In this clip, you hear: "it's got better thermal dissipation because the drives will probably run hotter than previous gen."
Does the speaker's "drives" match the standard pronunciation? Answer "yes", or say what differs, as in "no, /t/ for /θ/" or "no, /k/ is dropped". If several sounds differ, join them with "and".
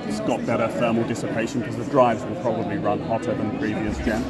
yes